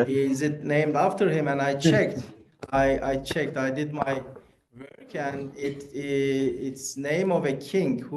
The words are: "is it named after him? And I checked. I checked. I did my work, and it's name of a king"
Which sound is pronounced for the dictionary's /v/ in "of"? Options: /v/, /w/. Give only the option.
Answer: /v/